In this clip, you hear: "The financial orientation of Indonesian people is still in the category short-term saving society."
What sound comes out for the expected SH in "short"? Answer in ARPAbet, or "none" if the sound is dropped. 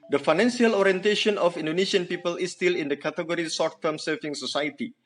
S